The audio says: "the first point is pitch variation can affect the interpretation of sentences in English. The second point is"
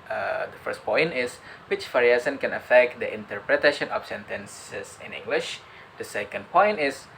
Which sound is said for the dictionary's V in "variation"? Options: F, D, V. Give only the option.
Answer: F